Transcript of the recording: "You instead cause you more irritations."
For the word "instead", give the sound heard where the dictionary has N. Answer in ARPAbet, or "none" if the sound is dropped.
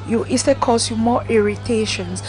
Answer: none